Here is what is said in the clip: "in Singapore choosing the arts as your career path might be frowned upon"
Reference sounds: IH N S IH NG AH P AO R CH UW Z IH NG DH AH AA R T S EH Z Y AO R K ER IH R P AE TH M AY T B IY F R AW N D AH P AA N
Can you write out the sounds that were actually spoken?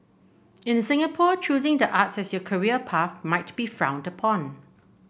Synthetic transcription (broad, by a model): IH N S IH NG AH P AO CH UW Z IH NG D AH AA T S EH S Y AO K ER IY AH P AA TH M AY T B IY F R AW N D AH P AA N